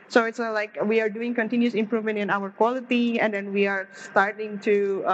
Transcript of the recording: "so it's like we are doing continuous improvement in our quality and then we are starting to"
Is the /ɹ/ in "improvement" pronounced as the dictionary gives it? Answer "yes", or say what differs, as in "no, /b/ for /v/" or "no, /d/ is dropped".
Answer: yes